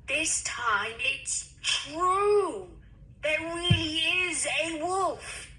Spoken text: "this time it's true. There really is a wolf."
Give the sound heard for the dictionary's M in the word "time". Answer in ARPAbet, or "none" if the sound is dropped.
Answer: M